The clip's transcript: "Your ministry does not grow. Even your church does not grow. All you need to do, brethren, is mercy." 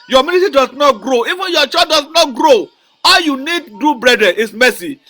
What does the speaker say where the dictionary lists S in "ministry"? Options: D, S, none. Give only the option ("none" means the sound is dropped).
none